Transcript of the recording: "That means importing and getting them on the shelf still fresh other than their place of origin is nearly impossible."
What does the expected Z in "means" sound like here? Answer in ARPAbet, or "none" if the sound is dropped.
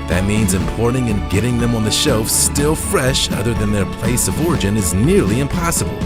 Z